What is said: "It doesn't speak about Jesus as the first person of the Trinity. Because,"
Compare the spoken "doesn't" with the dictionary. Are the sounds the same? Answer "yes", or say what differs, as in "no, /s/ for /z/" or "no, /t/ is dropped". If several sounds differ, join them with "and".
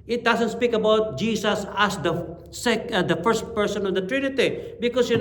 no, /s/ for /z/